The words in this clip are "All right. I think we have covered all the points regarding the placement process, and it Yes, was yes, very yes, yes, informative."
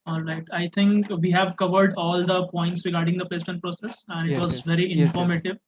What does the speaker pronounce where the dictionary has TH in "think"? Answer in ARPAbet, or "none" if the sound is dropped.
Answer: T